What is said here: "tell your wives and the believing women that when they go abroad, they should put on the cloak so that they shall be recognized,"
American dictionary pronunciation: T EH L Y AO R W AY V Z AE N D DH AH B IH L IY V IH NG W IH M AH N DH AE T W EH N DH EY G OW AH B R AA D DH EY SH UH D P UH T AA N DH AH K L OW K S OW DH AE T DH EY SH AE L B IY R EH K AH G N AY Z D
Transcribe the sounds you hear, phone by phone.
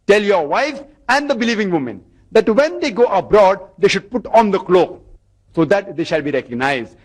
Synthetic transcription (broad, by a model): T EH L Y AO R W AY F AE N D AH B IH L IY V IH NG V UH M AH N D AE T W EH N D EY G OW AH B R AA D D EY SH UH D P UH T AA N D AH K L OW K S OW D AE T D EY SH AE L B IY R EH K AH G N AY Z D